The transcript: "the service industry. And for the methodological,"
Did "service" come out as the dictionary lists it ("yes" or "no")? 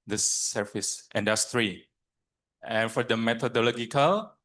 no